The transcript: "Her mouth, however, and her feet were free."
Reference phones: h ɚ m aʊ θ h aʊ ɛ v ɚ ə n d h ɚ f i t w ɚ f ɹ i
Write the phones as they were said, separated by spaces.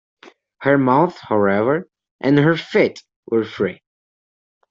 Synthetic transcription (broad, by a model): h ɚ m aʊ θ h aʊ ɛ v ɚ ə n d h ɚ f i t w ɚ f ɹ i